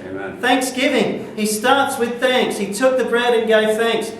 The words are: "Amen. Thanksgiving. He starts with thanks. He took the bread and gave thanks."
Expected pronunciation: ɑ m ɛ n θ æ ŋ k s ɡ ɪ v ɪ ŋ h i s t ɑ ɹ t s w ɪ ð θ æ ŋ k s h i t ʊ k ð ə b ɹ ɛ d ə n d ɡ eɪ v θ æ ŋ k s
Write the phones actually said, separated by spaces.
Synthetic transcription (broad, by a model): θ æ ŋ k s ɡ ɪ v ɪ ŋ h i s t ɑ ɹ t s w ɪ ð θ æ ŋ k s h i t ʊ k ð ə b ɹ ɛ d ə n ɡ eɪ v θ æ ŋ k s